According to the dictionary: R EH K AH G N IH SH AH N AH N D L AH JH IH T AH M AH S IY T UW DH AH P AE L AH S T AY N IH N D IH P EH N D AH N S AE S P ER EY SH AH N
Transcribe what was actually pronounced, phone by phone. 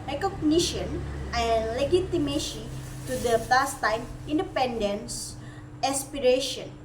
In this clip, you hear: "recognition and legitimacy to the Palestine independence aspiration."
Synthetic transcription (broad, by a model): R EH K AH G N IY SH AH N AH N L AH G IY T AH M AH SH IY T UW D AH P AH S T AY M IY N D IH P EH N D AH N S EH S P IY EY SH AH N